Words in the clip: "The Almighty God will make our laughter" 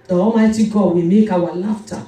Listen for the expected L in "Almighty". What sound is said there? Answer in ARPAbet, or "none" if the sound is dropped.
none